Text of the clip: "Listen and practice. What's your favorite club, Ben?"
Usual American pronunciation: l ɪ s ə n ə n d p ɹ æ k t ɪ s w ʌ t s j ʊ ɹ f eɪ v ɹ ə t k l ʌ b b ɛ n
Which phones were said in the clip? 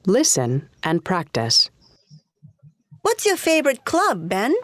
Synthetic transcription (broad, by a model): l ɪ s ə n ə n p ɹ æ k t ɪ s w ʌ t s j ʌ ɹ f eɪ v ɹ ə t k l ʌ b b ɛ n